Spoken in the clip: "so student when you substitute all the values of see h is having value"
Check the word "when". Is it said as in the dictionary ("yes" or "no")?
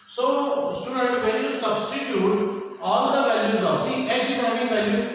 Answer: no